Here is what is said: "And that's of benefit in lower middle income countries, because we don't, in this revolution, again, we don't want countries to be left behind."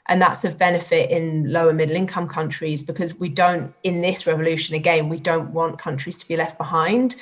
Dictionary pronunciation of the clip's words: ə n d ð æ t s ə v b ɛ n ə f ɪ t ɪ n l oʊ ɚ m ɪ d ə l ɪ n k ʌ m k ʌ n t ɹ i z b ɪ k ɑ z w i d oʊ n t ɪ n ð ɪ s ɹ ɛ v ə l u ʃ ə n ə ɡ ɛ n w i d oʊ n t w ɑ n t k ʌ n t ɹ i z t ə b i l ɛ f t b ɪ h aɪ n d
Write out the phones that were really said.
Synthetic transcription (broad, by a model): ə n ð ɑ t s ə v b ɛ n ə f ɪ t ɪ n l oʊ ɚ m ɪ d l ɪ n k ʌ m k ʌ n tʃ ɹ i z b ɪ k ɑ z w i d oʊ n t ɪ n ð ɪ s ɹ ɛ v ə l u ʃ ə n ə ɡ ɛ n w i d oʊ n t w ɑ n k ʌ n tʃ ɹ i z t ə b i l ɛ f t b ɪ h aɪ n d